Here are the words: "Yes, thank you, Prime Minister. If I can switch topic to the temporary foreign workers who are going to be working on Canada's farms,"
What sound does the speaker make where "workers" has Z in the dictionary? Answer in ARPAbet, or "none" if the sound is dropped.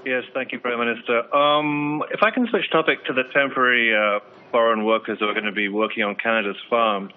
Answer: Z